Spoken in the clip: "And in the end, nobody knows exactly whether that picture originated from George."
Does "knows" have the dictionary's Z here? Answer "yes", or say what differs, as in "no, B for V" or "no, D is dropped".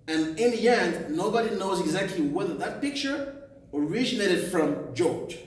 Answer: yes